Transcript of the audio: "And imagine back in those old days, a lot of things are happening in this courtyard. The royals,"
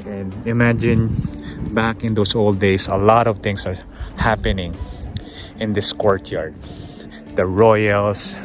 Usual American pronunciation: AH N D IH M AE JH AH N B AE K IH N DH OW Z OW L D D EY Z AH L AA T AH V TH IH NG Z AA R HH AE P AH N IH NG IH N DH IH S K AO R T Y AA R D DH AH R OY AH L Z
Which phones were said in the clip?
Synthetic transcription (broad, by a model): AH N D IH M AE JH AH N B AE K IH N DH OW S OW L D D EY S AH L AA T AH V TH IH NG S AA R HH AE P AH N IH NG IH N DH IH S K AO R T Y AA R D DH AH R OY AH L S